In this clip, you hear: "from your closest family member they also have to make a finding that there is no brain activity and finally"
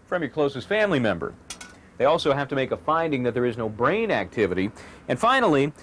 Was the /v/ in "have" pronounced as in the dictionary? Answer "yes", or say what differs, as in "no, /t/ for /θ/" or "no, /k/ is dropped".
no, /f/ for /v/